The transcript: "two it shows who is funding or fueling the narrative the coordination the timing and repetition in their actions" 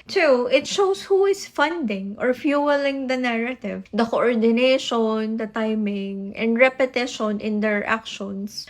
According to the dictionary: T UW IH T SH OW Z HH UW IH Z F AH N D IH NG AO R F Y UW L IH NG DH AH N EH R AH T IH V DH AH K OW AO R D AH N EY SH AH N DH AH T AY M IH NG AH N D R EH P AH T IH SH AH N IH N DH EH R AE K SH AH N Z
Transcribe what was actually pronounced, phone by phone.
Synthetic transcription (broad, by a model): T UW IH T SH OW S HH UW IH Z F AH N D IH NG AO R F Y UW L IH NG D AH N EH R AH T IH V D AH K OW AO R D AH N EY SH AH N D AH T AY M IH NG AH N D R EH P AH T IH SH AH N IH N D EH R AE K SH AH N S